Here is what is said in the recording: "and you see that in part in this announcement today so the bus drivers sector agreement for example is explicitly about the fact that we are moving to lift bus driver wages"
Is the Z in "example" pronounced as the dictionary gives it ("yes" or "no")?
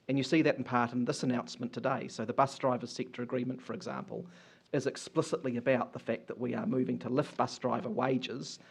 yes